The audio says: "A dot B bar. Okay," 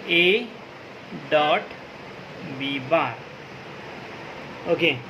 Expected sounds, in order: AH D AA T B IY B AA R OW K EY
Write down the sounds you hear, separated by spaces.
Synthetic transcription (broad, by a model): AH D AA T B IY B AA R OW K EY